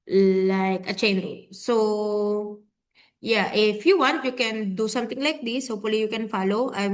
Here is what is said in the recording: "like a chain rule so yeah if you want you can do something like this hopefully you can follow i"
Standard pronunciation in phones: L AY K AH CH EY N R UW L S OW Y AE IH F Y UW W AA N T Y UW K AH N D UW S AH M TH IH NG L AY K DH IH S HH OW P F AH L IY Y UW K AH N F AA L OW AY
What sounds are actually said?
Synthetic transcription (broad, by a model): L AY K AH CH EY N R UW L S OW Y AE IH F Y UW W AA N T Y UW K AH N D UW S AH M T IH NG L AY K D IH S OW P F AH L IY Y UW K AH N F AA L OW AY